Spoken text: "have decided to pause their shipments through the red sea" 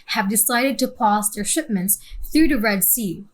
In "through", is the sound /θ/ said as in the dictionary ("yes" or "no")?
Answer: yes